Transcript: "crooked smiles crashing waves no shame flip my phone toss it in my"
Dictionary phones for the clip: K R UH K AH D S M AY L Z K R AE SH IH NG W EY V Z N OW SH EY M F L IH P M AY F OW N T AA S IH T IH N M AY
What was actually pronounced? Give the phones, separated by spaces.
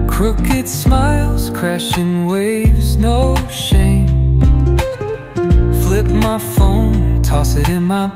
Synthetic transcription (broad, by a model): K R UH K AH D S M AY L Z K R AE SH IH NG W EY V Z N OW SH EY M F L IH P M AY F OW N T AA S IH T IH N M AY